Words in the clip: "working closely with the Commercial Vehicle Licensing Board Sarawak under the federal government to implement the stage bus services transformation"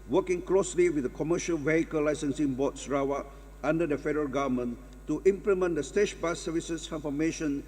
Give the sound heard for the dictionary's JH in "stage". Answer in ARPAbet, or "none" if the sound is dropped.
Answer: SH